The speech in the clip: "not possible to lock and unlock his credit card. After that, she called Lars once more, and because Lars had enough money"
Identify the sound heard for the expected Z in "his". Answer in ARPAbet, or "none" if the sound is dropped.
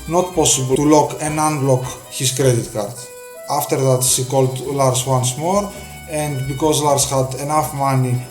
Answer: S